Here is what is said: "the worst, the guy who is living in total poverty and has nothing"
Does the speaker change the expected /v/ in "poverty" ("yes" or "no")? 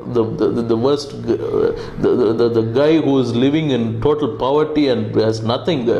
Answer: no